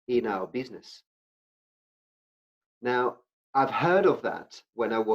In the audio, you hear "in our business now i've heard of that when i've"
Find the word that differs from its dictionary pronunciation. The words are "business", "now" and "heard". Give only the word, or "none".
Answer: none